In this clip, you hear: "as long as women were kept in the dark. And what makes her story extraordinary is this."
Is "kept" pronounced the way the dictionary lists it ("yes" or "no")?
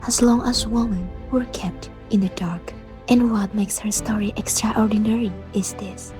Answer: yes